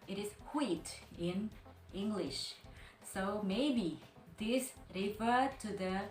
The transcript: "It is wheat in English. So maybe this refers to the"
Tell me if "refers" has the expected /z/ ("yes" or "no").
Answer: no